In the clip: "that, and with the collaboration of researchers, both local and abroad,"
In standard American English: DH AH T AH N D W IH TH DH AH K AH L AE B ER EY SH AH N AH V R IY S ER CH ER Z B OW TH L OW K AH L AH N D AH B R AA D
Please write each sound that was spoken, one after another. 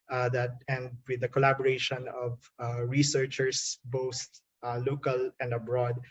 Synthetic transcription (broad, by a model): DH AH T AH N D W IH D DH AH K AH L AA B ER EY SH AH N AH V R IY S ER CH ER S B OW T L OW K AH L AH N D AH B R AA D